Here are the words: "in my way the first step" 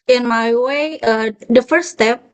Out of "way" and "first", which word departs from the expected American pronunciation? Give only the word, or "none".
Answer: first